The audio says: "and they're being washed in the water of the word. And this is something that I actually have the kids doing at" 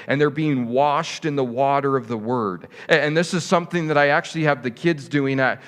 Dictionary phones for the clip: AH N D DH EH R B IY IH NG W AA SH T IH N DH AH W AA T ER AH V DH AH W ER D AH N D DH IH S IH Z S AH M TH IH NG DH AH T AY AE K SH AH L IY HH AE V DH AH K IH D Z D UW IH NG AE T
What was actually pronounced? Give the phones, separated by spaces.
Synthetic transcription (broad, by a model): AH N DH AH R B IY IH NG W AA SH T IH N DH AH W AA T ER AH V DH AH W ER D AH N DH IH S IH Z S AH M TH IH NG DH AH T AY AE K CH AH L IY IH V DH AH K IH D Z D UW IH NG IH T